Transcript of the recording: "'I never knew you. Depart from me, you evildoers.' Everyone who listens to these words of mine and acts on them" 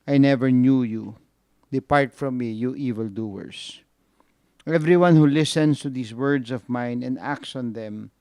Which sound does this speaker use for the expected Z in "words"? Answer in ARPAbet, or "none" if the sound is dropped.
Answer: S